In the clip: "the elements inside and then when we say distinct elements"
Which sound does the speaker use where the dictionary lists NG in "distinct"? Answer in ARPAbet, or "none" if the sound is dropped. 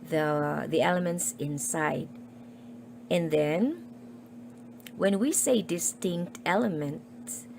NG